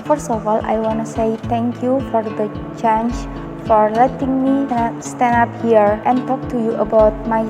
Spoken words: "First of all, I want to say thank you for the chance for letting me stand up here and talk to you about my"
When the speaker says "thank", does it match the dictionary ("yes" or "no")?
no